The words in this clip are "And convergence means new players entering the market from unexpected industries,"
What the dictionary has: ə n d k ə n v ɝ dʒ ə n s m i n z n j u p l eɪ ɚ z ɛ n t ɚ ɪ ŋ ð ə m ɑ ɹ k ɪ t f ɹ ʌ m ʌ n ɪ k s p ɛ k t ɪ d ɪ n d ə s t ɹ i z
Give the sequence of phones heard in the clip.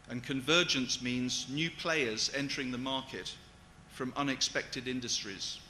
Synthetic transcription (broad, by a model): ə n k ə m v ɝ dʒ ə n s m i n z n j u p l eɪ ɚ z ɛ n t ɚ ɪ ŋ ð ə m ɑ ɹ k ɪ t f ɹ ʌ m ʌ n ɪ k s p ɛ k t ɪ d ɪ n d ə s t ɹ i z